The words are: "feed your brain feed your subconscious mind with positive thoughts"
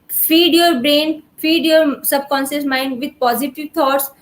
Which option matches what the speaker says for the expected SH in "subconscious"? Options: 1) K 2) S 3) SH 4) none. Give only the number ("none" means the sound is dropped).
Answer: 2